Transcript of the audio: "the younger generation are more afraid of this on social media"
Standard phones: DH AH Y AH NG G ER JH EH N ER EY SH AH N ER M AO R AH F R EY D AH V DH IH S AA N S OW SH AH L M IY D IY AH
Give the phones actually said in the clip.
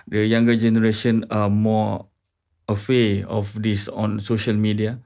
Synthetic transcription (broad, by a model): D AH Y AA NG G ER JH EH N ER EY SH AH N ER M AO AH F EY AH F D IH S AA N S OW SH AH L M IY D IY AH